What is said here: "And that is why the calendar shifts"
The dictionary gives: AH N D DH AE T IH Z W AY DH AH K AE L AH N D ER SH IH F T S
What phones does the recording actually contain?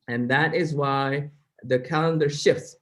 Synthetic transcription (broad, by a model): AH N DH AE T IH Z W AY DH AH K AE L AH N D ER SH IH F T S